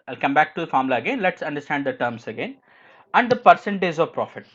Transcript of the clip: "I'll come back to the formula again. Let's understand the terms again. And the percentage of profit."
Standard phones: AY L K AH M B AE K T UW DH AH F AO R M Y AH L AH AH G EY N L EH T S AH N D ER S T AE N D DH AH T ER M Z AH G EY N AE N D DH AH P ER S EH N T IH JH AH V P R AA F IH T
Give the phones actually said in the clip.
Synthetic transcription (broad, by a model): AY L K AH M B AE K T UW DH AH F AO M L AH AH G EY N L EH T S AH N D ER S T AE N D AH T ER M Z AH G EY N AE N D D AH P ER S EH N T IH Z AH V P R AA F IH T